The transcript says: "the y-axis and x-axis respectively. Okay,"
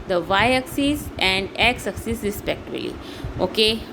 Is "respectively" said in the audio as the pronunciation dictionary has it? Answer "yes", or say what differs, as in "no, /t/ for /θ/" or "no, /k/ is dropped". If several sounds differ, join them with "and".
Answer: no, /b/ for /v/